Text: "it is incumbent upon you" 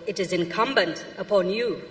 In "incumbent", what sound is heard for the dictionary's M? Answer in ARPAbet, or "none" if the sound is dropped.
M